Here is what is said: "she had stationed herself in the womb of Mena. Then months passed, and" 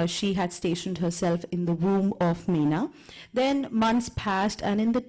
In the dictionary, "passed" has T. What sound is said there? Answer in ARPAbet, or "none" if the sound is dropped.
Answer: T